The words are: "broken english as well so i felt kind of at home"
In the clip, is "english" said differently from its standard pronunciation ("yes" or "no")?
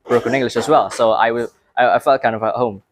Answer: no